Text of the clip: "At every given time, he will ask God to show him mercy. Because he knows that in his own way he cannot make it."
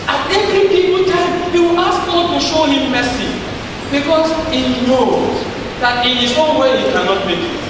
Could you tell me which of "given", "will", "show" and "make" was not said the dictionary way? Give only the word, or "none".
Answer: given